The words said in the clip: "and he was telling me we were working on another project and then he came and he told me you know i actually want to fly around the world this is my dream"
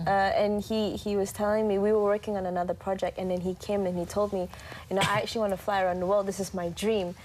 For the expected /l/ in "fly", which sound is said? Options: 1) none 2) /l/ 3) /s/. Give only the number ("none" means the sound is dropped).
2